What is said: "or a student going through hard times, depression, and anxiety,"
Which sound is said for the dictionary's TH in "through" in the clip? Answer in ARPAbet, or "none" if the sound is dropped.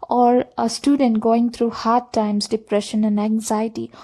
T